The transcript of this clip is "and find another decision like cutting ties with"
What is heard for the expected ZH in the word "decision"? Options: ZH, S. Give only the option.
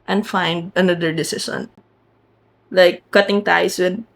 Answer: S